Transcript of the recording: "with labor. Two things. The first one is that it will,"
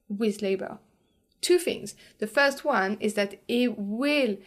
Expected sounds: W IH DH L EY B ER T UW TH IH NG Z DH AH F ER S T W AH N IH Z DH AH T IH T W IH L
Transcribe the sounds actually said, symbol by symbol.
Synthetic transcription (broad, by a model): W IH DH L EY B ER T UW TH IH NG Z DH AH F ER S T W AH N IH Z DH AH T IH T W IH L